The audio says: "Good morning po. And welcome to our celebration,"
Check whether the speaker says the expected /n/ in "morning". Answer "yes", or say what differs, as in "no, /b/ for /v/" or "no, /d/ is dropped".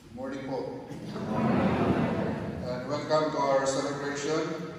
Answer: no, /n/ is dropped